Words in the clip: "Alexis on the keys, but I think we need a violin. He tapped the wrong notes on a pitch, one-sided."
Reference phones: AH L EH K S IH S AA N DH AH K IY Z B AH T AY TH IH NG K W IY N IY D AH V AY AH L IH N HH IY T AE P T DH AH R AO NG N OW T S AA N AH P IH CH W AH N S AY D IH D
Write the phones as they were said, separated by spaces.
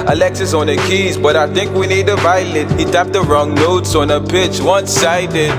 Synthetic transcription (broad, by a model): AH L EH K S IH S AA N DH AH K IY Z B AH T AY TH IH NG K W IY N IY D AH V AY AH L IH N HH IY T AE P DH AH R AO NG N OW T S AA N AH P IH CH W AH N S AY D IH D